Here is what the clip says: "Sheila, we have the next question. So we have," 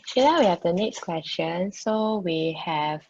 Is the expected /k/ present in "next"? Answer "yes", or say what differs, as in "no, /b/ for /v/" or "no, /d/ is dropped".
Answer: yes